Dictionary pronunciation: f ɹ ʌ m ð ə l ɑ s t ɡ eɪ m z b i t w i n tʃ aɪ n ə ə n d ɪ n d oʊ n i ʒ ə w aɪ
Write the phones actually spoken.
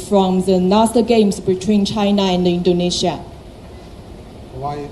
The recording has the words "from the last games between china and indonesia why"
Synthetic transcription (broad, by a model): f ɹ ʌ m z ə n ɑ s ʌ ɡ eɪ m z b i t w i n tʃ aɪ n ə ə n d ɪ n d oʊ n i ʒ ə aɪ